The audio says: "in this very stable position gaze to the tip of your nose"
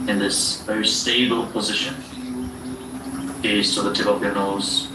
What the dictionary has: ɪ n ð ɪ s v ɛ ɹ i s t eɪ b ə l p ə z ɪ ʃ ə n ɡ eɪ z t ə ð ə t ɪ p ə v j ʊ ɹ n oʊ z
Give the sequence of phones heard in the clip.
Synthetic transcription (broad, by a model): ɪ n ð ɪ s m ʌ i s t eɪ b ə l p ə z ɪ ʃ ə n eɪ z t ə ð ə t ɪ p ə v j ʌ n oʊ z